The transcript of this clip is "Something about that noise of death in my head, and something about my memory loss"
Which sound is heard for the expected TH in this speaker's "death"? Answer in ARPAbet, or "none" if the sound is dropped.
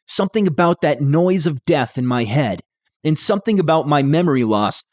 TH